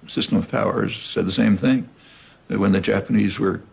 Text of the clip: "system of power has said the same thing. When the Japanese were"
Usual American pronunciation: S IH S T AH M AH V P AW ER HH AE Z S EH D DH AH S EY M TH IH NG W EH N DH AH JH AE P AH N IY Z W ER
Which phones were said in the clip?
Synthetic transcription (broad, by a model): S IH S T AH M AH V P AW ER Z S EH D DH AH S EY M TH IH NG W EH N DH AH JH AE P AH N IY Z W ER